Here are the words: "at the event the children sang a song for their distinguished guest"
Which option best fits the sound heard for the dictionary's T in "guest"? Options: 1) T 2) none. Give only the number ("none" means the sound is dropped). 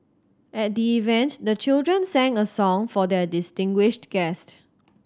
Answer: 1